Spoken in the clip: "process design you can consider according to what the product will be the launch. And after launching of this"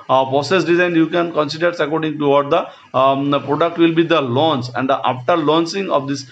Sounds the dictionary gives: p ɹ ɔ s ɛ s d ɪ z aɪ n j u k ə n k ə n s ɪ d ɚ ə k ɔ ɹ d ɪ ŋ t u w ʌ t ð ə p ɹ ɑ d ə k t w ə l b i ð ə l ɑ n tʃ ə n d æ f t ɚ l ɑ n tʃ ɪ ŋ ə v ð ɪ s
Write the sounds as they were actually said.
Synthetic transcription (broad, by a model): p ɹ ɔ s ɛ s d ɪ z aɪ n j u k ə n k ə n s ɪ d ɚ ə k ɔ ɹ d ɪ ŋ t u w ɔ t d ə p ɹ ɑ d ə k t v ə l b i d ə l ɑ n s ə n d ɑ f t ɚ l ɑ n s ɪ ŋ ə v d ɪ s